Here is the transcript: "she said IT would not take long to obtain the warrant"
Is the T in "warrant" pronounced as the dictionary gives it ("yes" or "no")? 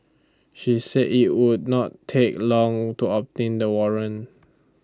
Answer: no